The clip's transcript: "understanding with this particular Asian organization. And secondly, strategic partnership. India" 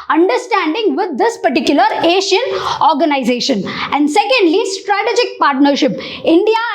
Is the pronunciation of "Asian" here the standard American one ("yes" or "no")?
no